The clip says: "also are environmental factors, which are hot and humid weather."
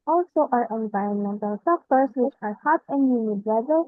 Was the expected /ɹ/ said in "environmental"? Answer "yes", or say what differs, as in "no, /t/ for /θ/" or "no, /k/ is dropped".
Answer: yes